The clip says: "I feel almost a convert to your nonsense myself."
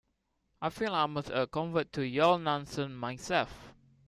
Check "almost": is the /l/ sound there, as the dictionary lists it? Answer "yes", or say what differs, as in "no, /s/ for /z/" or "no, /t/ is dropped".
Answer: no, /l/ is dropped